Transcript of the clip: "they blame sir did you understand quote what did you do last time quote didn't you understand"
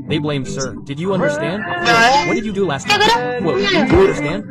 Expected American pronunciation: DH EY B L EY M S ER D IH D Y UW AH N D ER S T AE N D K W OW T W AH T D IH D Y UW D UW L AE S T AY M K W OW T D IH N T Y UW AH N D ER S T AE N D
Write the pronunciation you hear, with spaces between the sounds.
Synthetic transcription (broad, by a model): DH EY B L EY M S ER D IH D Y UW AH N D ER S T AE N D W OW W AH T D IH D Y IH D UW L AE S T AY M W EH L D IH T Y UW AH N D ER S T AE N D